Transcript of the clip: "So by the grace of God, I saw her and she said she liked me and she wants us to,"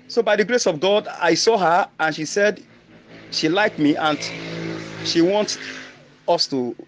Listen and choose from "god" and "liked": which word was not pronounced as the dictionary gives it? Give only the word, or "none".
none